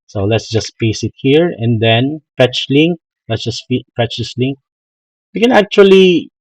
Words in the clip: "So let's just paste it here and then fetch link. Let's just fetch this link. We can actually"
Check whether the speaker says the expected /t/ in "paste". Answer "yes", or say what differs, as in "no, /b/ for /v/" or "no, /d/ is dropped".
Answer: no, /t/ is dropped